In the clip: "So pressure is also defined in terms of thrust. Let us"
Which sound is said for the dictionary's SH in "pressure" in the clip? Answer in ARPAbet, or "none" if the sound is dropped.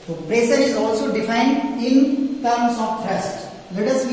S